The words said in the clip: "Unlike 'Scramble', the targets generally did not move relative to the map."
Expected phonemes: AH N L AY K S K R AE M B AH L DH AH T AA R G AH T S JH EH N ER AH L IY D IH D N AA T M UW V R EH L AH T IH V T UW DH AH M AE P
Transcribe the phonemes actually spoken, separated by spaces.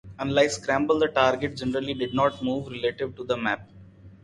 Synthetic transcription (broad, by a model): AH N L AY K S K R AE M B AH L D AH T AA R G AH T JH EH N ER AH L IY D IH D N AA T M UW V R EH L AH T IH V T UW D AH M AE P